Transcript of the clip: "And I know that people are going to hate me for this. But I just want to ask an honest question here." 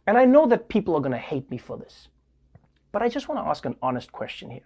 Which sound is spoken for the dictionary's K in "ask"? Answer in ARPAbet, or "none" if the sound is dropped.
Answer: K